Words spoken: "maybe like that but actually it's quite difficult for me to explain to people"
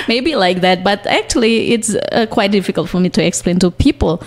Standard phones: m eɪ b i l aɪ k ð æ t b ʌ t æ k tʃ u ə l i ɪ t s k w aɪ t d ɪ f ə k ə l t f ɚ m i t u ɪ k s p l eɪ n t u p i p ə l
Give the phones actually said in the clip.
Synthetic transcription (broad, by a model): m eɪ b i l aɪ k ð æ t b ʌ t æ k tʃ u ə l i ɪ t s k w aɪ t d ɪ f ə k ə l t f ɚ m i t u ɪ k s p l eɪ n t u p i p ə l